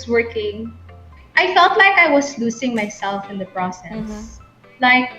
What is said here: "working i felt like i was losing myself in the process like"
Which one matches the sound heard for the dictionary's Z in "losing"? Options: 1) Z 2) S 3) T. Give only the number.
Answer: 2